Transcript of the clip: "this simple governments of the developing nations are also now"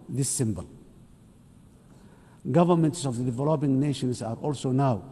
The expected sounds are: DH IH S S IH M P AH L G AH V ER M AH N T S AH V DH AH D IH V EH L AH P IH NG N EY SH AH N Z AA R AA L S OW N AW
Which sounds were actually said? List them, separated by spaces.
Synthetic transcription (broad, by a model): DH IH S S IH M B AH L G AH V ER M AH N T S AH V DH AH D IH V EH L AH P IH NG N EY SH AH N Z AA R AA L S OW N AW